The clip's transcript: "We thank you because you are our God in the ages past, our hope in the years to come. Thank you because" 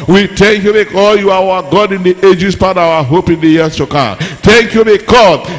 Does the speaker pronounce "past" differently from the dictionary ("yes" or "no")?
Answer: yes